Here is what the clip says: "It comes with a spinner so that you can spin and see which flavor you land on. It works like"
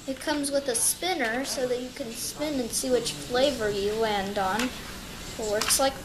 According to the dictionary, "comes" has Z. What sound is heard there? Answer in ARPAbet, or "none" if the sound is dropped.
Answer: Z